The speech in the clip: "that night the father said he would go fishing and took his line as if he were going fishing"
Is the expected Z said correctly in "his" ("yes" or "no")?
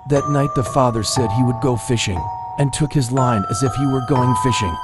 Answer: yes